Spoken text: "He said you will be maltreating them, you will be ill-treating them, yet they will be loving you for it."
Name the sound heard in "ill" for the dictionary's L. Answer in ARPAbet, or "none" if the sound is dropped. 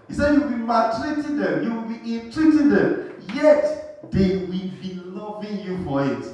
N